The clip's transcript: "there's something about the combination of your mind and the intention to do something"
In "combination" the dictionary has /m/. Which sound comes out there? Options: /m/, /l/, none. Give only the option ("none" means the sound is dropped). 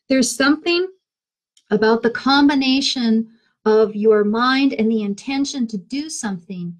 /m/